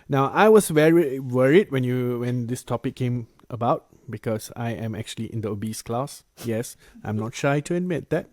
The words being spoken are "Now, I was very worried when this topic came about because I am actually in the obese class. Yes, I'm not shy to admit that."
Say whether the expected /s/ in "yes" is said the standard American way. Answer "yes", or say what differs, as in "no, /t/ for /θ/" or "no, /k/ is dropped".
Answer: yes